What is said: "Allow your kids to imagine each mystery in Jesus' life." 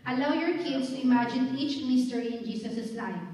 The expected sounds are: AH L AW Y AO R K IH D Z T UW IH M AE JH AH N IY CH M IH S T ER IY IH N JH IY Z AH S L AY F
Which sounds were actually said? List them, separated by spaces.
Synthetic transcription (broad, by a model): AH L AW Y AO R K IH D S T UW IH M AE JH AH N IY CH M IH S T ER IY IH N JH IY S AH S L AY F